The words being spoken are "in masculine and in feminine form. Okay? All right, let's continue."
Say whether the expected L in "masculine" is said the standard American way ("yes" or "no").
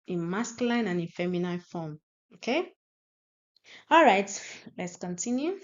no